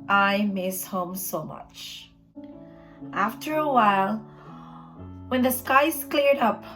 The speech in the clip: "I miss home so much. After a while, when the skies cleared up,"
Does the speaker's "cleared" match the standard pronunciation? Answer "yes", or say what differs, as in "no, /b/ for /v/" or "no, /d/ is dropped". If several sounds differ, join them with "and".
yes